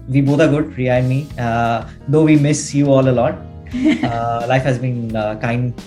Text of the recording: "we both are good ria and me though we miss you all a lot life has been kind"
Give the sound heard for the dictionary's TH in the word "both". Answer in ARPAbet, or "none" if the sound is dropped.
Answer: T